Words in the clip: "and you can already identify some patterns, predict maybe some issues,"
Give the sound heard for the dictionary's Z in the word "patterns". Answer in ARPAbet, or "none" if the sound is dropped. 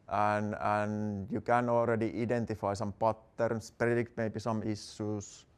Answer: S